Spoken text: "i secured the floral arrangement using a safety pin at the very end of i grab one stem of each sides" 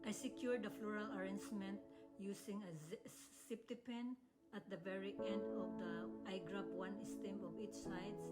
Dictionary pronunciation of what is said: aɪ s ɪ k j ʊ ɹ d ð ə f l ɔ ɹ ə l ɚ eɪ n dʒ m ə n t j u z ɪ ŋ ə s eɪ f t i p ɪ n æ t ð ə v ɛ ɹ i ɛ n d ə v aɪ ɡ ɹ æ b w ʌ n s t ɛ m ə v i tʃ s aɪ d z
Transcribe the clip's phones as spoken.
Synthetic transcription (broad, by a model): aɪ s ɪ k j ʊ ɹ d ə f l ɔ ɹ ə l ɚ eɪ n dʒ m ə n t j u s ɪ ŋ ə s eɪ p t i p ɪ n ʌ t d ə v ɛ ɹ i ɛ n d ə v aɪ ɡ ɹ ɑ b w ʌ n s t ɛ m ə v i tʃ s aɪ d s